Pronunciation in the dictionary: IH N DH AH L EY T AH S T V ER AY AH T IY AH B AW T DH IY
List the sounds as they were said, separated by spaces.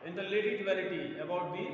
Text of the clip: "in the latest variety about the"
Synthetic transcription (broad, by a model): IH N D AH L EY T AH T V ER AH T IY AH B AW T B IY